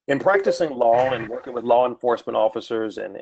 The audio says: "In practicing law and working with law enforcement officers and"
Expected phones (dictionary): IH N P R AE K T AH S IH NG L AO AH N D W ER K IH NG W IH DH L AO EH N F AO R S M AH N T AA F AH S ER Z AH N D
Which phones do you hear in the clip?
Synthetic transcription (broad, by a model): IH N P R AE K T AH S IH NG L AO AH N W ER K IH NG W IH DH L AO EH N F AO R S M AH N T AA F AH S ER Z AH N